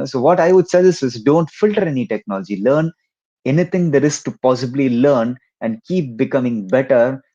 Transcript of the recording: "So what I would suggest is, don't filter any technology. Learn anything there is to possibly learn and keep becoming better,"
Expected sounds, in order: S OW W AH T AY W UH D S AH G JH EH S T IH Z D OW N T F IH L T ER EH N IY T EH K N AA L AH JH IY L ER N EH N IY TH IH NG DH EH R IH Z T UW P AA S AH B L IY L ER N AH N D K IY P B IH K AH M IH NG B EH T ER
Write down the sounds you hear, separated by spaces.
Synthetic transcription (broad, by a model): S OW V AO T AY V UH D S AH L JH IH S IH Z D OW N T F IH L T ER EH N IY T EH K N AA L AH JH IY L ER N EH N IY T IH NG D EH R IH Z T UW P AA S AH B L IY L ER N AH N D K IY P B IH K AH M IH NG B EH T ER